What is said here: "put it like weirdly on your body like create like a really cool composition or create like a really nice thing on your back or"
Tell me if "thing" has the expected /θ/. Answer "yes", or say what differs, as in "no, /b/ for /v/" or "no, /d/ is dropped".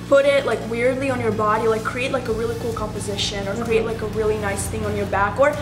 yes